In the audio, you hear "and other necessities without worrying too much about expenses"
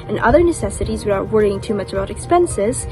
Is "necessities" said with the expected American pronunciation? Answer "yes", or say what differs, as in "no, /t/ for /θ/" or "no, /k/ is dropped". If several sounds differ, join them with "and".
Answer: yes